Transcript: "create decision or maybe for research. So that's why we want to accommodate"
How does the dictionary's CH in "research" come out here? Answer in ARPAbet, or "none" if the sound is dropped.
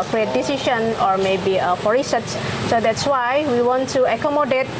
S